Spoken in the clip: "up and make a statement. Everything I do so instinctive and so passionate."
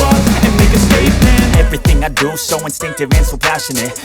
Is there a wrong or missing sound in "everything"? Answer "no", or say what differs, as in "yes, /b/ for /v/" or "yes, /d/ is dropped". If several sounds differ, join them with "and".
no